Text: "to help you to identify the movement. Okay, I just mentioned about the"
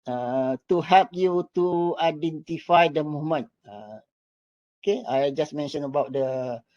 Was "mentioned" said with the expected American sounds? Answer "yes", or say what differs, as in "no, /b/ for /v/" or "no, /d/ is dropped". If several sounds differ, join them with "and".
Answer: no, /d/ is dropped